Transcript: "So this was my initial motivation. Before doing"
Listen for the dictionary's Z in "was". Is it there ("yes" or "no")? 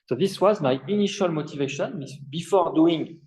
yes